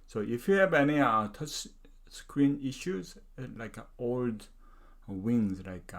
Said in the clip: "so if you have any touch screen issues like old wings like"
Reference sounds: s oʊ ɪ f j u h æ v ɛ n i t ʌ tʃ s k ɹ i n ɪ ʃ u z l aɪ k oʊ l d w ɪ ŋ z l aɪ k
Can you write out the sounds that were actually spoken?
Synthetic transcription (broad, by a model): s oʊ ɪ f j u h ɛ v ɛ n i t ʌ s s k ɹ i n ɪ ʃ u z l aɪ k oʊ l d w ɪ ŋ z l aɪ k